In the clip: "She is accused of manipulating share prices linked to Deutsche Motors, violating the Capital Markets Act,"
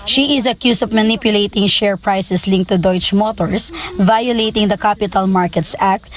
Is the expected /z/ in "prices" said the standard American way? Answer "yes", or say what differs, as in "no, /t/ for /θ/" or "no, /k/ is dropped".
no, /s/ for /z/